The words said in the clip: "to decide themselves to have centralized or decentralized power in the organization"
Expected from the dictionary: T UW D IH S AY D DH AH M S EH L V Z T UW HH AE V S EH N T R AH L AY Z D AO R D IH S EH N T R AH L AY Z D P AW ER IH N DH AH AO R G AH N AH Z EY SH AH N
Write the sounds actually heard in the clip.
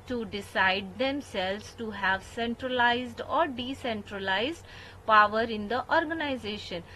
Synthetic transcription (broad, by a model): T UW D IH S AY D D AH M S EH L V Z T UW HH AE V S EH N T R AH L AY Z D AO R D IH S EH N T R AH L AY Z D P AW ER IH N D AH AO R G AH N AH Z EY SH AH N